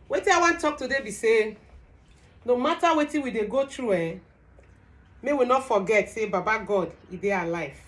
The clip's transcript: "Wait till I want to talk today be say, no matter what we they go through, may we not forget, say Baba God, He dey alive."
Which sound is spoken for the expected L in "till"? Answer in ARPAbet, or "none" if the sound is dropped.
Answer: N